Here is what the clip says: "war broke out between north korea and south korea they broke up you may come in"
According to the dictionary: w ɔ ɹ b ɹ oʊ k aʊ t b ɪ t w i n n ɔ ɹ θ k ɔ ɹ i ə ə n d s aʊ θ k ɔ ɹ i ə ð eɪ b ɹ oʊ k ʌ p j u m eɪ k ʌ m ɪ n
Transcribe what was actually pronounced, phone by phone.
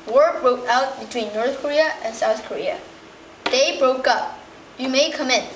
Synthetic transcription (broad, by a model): w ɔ ɹ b ɹ oʊ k aʊ t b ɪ t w i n n ɔ ɹ θ k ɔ ɹ i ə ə n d s aʊ θ k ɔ ɹ i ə ð eɪ b ɹ oʊ k ʌ p j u m eɪ k ʌ m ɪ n